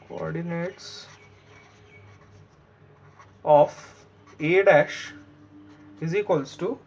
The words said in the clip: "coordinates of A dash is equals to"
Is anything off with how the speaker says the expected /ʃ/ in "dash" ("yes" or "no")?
no